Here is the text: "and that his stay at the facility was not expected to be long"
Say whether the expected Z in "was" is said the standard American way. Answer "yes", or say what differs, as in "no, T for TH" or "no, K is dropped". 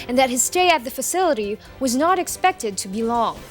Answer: yes